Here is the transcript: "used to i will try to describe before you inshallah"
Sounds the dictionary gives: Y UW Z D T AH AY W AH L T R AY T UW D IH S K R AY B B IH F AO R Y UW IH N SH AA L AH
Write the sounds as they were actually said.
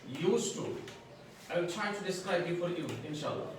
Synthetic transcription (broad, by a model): Y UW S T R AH AY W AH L T R AY T UW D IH S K AY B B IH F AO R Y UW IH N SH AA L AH